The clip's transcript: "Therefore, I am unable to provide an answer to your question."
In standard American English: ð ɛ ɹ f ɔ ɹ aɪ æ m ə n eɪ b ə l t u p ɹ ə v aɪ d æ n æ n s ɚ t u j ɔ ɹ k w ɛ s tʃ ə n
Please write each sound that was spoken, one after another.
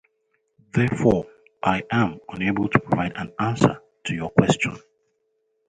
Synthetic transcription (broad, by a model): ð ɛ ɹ f ɔ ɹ aɪ æ m ə n eɪ b ə l t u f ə ɪ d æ n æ n s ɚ t u j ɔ k w ɛ s tʃ ə n